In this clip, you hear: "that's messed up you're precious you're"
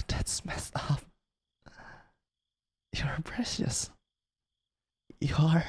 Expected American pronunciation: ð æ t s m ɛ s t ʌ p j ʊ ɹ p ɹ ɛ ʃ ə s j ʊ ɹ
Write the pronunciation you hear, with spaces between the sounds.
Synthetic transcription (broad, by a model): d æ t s m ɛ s ʌ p j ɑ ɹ p ɹ ɛ ʃ ə s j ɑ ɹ